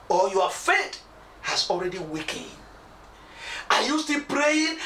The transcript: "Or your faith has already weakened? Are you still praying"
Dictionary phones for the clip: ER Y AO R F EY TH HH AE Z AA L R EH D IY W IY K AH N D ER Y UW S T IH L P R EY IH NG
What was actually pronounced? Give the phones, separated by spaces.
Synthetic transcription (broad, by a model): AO Y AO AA F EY T HH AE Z AA L R EH D IY W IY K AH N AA Y UW S T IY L P R EY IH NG